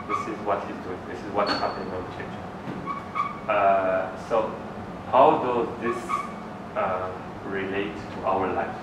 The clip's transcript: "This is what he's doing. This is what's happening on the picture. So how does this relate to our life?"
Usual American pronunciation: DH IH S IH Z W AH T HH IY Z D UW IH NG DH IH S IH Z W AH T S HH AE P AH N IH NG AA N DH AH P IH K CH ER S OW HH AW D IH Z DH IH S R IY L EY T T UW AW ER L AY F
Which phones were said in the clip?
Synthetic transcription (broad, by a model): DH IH S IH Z W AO T HH IY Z D UW IH NG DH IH S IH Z W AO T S HH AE P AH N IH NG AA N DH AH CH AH CH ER S OW HH AW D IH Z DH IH S R IY L EY T T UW AW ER L AY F